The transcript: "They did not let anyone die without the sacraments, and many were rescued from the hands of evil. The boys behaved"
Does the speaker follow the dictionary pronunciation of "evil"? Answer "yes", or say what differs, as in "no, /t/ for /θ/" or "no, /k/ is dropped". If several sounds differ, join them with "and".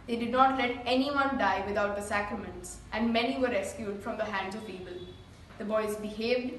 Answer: no, /b/ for /v/